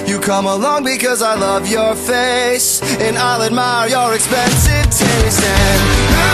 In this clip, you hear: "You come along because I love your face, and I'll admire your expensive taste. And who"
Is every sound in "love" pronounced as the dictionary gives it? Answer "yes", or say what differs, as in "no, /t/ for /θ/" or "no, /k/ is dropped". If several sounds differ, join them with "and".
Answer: yes